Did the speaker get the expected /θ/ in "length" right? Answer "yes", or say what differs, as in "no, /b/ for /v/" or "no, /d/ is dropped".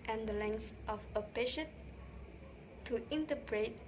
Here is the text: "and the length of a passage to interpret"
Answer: no, /s/ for /θ/